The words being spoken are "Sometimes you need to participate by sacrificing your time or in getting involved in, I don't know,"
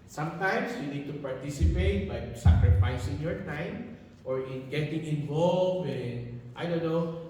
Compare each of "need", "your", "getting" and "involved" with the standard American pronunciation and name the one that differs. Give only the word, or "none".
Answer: involved